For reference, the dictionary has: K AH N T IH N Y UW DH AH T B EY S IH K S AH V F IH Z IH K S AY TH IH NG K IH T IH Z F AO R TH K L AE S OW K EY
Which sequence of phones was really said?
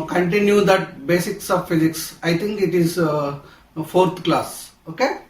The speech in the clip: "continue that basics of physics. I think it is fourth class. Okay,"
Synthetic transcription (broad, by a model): K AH N T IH N Y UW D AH T B EY S IH K S AH V F IH Z IH K S AY T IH NG K IH T IH Z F AO R T K L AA S OW K EY